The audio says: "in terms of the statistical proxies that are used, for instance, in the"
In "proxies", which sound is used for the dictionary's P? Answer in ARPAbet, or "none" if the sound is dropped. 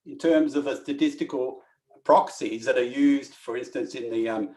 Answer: P